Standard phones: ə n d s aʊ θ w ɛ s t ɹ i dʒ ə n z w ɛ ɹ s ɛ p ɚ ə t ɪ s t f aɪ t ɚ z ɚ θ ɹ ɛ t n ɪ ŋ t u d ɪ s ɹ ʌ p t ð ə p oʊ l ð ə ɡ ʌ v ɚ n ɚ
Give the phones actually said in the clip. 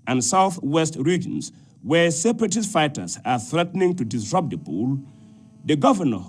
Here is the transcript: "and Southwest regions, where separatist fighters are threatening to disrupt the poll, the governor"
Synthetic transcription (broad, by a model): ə n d s aʊ θ w ɛ s t ɹ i dʒ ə n s w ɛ s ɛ p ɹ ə t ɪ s f aɪ t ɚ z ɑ θ ɹ ɛ t n ɪ ŋ t u d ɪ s ɹ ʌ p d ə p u l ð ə ɡ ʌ v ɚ n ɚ